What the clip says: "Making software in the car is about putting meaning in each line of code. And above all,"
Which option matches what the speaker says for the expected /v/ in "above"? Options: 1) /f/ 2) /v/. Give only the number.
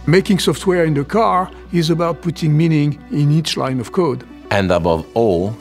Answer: 2